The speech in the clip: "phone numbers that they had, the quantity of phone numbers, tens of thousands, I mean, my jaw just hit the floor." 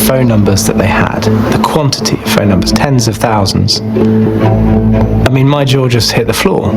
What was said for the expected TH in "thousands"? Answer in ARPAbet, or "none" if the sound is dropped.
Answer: TH